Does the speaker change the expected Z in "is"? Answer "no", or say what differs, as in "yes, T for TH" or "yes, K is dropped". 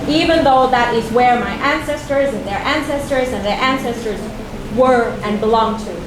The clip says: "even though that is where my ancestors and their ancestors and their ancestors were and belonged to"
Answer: no